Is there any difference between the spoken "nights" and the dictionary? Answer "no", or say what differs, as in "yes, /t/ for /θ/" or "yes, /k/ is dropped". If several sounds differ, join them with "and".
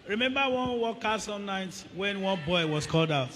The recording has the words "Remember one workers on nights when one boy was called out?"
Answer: yes, /s/ is dropped